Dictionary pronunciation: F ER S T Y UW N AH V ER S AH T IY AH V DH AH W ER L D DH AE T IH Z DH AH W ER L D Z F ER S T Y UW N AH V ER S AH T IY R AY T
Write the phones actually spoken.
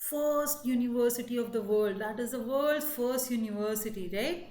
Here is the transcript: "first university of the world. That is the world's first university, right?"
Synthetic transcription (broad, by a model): F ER S T Y UW N AH V ER S AH T IY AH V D AH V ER L D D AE T IH Z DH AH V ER L D F ER S T Y UW N AH V ER S AH T IY R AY T